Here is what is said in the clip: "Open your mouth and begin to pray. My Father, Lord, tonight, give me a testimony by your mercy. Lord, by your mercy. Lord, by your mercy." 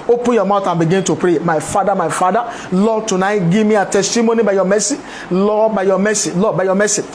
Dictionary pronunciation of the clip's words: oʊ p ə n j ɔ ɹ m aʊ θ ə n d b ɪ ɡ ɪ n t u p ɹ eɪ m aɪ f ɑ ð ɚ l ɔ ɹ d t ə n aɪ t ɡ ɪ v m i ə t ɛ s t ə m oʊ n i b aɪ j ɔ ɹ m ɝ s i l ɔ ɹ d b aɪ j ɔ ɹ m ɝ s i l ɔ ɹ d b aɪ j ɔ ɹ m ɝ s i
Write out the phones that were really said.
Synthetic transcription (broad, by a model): oʊ p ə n j ɔ m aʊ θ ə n b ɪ ɡ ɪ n t u p ɹ eɪ m aɪ f ɑ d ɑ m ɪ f d t ə n aɪ t ɡ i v m i ə t ɛ s t ə m oʊ n i b aɪ j ɔ m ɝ s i l ɔ b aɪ j ɔ m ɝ s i l ɔ b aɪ j ɔ m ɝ s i